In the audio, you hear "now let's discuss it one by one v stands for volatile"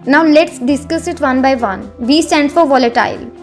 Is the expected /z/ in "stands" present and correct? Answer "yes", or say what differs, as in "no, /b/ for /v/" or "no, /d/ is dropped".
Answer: no, /z/ is dropped